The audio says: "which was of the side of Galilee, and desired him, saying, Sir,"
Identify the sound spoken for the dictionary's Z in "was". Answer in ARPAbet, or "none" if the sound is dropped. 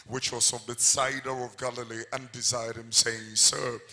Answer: S